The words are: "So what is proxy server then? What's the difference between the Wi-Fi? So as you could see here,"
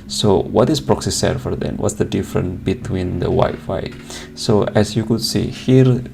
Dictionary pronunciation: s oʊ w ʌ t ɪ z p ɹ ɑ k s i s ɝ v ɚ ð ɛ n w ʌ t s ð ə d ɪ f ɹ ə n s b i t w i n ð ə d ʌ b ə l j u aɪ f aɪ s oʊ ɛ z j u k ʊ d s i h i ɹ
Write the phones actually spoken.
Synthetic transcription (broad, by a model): s oʊ w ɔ t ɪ s p ɹ ɑ k s i s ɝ f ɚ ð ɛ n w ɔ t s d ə d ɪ f ɹ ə n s b i t w i n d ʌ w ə j f aɪ s oʊ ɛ s j u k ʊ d s i h i ɹ